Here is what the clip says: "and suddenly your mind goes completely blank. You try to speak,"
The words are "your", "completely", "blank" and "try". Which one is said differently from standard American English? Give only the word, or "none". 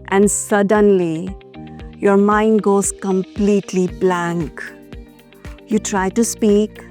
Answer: none